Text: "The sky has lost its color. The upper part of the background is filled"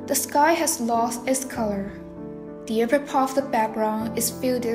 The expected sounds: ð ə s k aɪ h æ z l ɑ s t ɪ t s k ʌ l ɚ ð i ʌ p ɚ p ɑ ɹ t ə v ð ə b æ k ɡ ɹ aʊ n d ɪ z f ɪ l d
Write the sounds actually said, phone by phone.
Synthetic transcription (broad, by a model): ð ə s k aɪ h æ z l ɑ s t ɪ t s k ʌ l ɚ ð i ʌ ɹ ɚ p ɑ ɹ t ə v ð ə b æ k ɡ ɹ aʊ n ɪ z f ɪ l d